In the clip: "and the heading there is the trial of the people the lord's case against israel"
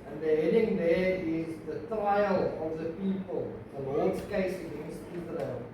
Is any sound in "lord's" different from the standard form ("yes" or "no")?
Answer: yes